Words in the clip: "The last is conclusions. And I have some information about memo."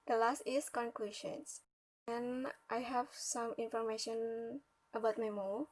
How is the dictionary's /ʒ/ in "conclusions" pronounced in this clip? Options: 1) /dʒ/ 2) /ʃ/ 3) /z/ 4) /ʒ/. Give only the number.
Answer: 2